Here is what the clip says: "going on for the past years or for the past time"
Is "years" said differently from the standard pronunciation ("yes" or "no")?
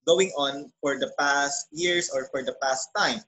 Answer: yes